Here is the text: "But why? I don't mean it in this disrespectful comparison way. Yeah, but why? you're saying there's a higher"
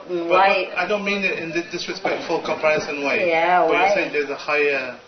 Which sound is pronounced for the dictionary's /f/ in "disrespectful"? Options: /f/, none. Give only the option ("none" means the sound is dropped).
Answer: /f/